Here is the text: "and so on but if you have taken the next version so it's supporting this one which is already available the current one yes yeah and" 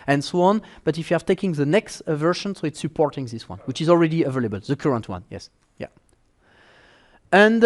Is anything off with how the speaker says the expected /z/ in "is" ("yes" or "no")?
no